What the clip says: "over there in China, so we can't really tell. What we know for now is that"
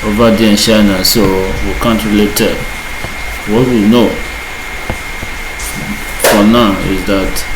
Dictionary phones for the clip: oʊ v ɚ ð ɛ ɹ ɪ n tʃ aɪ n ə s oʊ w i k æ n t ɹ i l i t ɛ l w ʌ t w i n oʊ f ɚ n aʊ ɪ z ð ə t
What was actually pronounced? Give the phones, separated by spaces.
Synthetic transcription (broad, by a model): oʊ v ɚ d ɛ ɪ n ʃ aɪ n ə s oʊ w i k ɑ n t ɹ i l i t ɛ w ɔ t w i n oʊ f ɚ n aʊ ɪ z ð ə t